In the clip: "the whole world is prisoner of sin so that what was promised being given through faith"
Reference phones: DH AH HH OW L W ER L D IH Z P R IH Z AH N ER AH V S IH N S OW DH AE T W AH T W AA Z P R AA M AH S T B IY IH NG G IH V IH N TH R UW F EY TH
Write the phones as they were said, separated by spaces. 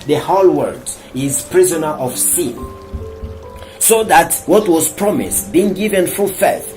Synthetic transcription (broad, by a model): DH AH HH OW L W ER D IH Z P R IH Z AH N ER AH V S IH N S OW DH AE T W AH T W AA Z P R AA M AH S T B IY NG G IH V IH N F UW F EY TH